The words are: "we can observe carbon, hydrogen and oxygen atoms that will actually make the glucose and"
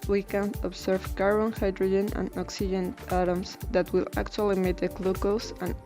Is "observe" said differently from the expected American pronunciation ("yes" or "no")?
yes